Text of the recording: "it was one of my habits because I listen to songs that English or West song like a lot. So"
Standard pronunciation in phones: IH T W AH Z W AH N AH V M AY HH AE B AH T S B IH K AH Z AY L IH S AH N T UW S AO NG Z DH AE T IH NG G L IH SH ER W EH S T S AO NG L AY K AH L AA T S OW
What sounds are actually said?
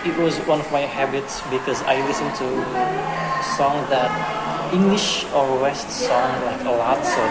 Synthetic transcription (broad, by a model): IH T W AH Z W AH N AH V M AY HH AE B AH T S B IH K AH Z AY L IH S AH N T UW S AO NG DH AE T IH NG G L IH SH ER W EH S T S AO NG L AY K AH L AA T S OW